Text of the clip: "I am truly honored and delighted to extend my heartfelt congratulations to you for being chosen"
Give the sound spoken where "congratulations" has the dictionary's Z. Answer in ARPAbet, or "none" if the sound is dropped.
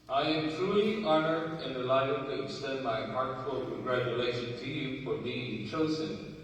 none